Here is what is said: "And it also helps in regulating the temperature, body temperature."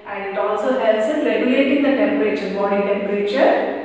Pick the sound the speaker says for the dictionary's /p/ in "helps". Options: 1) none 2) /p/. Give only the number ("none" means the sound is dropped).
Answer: 1